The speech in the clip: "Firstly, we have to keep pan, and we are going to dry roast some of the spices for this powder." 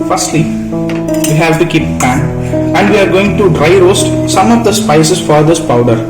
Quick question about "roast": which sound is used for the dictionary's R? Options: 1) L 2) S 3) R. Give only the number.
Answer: 3